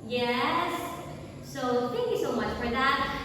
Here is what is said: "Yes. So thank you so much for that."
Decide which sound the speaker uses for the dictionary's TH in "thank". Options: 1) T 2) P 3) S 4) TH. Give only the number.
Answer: 4